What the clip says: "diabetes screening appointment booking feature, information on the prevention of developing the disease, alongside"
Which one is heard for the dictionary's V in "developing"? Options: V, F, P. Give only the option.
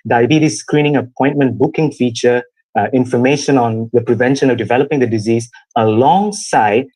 V